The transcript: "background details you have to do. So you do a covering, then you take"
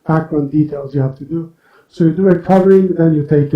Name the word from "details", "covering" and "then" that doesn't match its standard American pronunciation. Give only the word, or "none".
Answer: none